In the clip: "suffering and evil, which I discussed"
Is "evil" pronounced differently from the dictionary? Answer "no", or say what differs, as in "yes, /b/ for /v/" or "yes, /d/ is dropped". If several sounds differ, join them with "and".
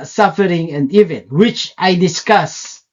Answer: yes, /n/ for /l/